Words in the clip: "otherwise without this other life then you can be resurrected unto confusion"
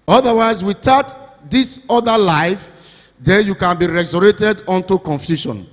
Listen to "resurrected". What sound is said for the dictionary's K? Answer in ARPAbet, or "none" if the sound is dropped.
none